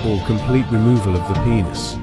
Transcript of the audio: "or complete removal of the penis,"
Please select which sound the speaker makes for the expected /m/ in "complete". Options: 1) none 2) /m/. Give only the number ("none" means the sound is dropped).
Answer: 2